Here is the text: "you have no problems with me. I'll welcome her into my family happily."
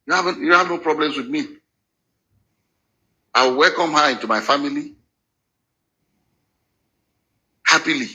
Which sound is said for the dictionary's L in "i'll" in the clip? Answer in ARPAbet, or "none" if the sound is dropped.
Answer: W